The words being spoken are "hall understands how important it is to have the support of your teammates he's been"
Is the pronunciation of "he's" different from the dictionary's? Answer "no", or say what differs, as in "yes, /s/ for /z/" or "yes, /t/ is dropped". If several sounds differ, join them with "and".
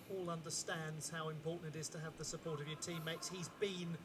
no